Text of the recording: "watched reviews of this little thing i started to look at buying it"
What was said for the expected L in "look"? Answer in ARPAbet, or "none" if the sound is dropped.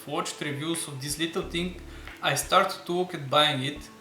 W